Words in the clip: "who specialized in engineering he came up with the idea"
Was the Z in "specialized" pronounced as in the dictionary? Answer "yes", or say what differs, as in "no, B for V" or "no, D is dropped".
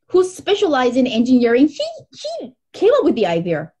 yes